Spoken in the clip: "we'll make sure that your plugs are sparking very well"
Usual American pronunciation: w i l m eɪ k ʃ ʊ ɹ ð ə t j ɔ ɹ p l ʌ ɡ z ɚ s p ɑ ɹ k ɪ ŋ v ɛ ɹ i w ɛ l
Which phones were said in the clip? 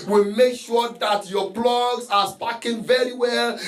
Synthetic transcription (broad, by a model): w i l m eɪ k ʃ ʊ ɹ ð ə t j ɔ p l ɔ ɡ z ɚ s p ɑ k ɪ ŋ v ɛ ɹ i w ɛ l